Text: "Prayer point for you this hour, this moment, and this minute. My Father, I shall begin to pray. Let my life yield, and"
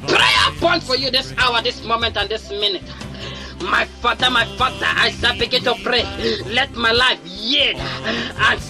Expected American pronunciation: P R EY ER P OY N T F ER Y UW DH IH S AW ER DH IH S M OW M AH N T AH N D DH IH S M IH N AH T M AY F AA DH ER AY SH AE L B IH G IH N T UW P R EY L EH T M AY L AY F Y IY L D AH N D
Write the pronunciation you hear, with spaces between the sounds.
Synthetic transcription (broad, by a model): P R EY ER P OY N T F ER Y UW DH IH S AW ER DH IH S M OW M AH N T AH N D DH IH S M IH N AH T M AY F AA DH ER AY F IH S B IH G IH N T UW P R EY L EH T M AY L AY F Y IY D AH N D